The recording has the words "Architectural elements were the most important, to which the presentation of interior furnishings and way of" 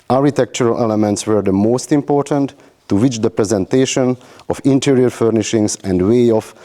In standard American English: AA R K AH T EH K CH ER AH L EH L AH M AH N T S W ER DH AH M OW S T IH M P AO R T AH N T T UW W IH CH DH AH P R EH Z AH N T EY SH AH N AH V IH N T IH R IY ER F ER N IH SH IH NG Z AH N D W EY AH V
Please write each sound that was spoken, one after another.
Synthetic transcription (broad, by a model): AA R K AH T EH K CH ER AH L EH L AH M AH N T S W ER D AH M OW S T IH M P AO R T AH N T T UW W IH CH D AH P R EH Z AH N T EY SH AH N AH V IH N T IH R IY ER F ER N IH SH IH NG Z AH N D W EY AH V